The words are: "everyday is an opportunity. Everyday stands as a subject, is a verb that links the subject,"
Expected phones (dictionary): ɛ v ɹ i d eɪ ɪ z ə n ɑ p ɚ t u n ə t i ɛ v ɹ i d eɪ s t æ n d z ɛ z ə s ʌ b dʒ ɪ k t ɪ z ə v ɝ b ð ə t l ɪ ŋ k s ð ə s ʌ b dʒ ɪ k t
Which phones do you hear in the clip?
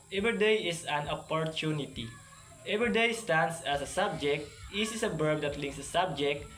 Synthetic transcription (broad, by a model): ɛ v ɹ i d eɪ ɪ s ə n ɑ p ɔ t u n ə t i ɛ v ɹ i d eɪ s t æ n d s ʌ s ə s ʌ b dʒ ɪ k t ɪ s ə b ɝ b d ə t l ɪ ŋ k s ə s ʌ b dʒ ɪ k t